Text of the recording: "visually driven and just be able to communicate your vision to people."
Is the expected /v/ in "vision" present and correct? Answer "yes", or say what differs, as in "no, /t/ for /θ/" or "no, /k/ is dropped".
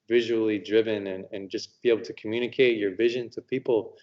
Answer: yes